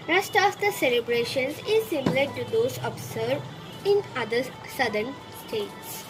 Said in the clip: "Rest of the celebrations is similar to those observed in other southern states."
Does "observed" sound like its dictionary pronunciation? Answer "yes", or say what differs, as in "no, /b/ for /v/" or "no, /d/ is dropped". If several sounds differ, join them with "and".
no, /v/ is dropped